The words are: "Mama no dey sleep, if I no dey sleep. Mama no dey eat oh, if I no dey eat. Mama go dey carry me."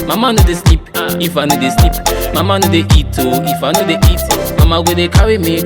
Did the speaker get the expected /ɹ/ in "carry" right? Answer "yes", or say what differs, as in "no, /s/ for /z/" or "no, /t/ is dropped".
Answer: no, /w/ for /ɹ/